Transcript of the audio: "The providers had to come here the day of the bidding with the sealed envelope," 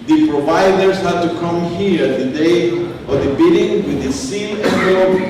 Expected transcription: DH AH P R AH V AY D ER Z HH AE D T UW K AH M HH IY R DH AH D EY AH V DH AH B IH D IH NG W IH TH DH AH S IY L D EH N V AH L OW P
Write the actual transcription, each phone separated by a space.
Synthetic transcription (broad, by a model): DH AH P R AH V AY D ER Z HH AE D T UW K AH M HH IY R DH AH D EY AH V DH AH B IH D IH NG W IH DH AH S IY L EH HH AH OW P